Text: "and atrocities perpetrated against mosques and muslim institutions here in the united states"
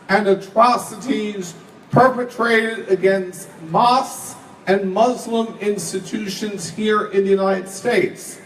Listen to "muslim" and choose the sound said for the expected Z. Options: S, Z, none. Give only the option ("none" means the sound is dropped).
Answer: Z